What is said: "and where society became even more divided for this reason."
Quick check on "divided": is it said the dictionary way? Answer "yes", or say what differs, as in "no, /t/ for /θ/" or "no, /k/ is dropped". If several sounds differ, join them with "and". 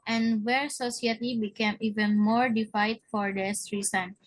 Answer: no, /f/ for /v/